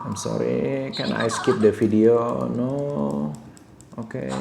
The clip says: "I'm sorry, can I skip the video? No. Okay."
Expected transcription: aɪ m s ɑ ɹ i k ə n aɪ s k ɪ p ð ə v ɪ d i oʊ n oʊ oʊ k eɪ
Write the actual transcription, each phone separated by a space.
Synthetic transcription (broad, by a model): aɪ m s ɑ ɹ i k ə n aɪ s k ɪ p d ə f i d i oʊ n oʊ oʊ k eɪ